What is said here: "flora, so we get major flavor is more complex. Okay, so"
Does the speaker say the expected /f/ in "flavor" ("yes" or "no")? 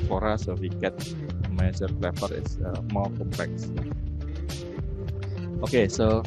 no